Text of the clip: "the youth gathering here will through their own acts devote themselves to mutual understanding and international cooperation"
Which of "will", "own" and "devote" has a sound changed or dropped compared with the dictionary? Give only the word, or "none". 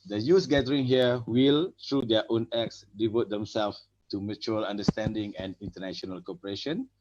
none